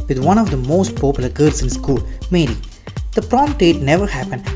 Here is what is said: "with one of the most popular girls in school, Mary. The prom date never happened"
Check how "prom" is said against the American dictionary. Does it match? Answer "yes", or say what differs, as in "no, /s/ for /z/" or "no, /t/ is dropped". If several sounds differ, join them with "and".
yes